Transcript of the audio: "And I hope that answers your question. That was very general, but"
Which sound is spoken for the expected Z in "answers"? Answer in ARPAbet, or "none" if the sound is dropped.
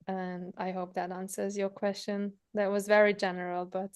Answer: Z